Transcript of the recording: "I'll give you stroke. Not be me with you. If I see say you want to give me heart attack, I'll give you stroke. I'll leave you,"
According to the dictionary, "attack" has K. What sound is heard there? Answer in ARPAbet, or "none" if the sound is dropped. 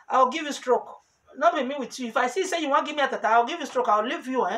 none